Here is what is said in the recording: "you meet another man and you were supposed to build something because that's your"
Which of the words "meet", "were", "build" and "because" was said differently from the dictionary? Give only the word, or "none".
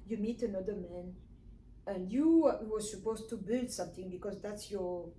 none